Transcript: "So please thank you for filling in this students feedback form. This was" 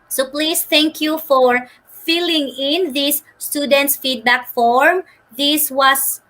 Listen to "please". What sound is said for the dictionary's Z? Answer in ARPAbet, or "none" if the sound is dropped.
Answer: S